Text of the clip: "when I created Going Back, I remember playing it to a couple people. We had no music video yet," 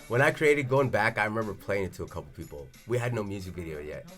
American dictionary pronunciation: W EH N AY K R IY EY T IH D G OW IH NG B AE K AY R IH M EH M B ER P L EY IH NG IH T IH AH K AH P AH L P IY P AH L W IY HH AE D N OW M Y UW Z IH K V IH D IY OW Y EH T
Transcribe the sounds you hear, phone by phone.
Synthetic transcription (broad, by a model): W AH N AY K R IY EY T IH D G OW IH NG B AE K AY R IH M EH M B ER P L EY IH NG IH T IH AH K AH P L P IY P L W IY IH D N OW M Y UW Z IH K V IH D IY OW Y EH T